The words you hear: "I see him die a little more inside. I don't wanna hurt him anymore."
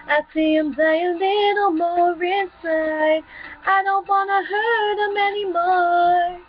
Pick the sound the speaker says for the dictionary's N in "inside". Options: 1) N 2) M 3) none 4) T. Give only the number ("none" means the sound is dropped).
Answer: 3